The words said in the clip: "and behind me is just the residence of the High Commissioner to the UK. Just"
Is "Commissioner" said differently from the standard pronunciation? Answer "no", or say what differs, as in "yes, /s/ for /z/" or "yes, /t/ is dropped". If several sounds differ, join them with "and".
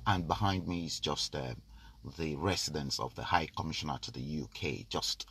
no